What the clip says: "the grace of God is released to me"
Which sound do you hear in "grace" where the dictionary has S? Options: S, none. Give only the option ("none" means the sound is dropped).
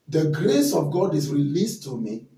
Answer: S